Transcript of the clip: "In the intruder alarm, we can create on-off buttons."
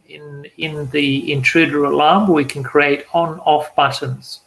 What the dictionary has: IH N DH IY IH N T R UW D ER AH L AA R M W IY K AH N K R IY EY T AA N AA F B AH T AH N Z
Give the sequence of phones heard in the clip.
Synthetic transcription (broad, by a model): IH N DH IY IH N T R UW D ER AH L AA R M W IY K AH N K R IY EY T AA N AA F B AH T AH N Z